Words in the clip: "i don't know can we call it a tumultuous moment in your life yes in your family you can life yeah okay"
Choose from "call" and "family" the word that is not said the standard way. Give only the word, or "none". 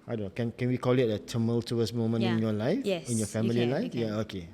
family